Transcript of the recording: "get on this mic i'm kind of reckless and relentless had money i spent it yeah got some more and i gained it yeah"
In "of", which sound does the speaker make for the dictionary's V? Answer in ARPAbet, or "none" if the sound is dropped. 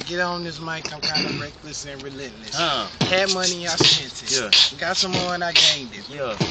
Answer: B